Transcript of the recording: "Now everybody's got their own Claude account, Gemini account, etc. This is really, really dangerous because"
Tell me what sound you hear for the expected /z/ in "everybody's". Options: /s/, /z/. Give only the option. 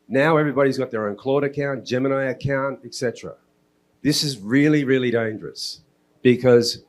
/z/